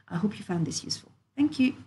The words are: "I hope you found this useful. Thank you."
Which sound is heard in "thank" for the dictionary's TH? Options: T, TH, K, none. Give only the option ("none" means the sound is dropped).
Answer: TH